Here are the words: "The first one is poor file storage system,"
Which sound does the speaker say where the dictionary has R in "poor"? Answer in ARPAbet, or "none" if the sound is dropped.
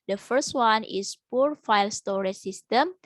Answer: R